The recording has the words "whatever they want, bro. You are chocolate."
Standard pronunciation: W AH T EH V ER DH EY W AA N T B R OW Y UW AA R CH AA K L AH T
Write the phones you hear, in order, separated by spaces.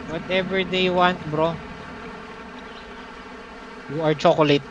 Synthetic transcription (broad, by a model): W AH T EH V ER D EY W AA N T B R OW Y UW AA R CH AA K L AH T